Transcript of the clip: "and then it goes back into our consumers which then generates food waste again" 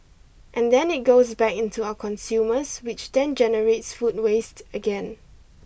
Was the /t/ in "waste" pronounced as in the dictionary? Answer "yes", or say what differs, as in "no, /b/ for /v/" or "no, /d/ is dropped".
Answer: yes